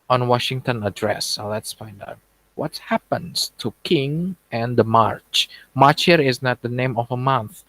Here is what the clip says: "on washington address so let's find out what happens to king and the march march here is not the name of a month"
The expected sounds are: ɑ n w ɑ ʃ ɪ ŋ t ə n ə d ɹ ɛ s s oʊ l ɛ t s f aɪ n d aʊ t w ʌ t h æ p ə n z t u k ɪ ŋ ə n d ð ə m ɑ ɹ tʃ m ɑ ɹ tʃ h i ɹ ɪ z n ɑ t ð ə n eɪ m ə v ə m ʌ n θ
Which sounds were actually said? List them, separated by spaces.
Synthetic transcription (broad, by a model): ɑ n w ɑ ʃ ɪ ŋ t ə n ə d ɹ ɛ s s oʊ l ɛ t s f aɪ n d aʊ t w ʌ t h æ p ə n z t u k ɪ ŋ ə n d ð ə m ɑ ɹ tʃ m ɑ ɹ tʃ h i ɹ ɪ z n ɑ t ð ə n eɪ m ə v ə m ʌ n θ